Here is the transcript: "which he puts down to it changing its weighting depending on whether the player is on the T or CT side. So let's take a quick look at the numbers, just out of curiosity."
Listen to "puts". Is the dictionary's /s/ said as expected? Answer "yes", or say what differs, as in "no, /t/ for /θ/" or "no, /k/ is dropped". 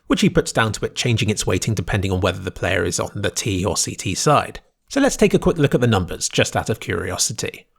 yes